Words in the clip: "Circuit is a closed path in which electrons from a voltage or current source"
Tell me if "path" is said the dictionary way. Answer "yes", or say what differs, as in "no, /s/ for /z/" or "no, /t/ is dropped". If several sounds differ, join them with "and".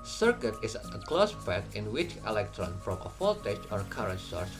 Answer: no, /t/ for /θ/